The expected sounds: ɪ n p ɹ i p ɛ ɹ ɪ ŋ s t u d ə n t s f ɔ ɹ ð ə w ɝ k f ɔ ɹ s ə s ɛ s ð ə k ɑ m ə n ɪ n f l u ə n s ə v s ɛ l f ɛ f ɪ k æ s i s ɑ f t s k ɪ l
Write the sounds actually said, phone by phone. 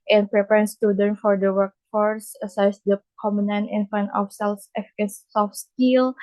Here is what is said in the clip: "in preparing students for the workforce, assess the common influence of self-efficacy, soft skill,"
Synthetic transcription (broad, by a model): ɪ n p ɹ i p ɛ ɹ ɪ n s t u d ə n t f ɔ ɹ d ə w ɝ k f ɔ ɹ s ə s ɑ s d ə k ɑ m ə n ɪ n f u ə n ə f s ɛ l f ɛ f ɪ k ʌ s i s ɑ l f s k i l